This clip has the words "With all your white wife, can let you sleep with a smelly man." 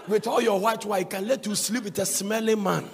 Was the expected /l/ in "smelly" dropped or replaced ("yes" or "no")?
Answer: no